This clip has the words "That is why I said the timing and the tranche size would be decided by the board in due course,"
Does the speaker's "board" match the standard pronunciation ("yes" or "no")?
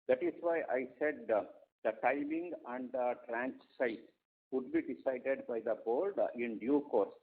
no